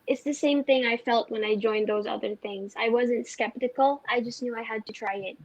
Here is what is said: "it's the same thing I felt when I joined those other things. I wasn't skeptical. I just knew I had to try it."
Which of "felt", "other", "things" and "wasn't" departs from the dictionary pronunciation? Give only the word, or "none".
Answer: none